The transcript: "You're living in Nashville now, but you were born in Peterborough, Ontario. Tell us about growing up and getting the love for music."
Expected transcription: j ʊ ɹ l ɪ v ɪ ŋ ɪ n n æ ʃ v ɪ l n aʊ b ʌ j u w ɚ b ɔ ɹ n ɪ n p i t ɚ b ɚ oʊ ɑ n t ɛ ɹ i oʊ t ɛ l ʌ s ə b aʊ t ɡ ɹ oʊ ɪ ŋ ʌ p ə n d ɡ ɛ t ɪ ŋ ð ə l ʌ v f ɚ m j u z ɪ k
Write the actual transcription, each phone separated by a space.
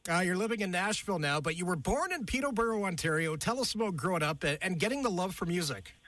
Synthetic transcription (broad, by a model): j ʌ ɹ l ɪ v ɪ ŋ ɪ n n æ ʃ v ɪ l n aʊ b ʌ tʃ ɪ w ɚ b ɔ ɹ n ɪ n p i t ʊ b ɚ oʊ ɑ n t ɛ ɹ i oʊ t ɛ l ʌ s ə ʊ ɡ ɹ oʊ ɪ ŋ ʌ p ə n ɡ ɛ t ɪ ŋ ð ə l ʌ v f ɚ m j u z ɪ k